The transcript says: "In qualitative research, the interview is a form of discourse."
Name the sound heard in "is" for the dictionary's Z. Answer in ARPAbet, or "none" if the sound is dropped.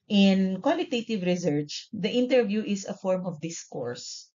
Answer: S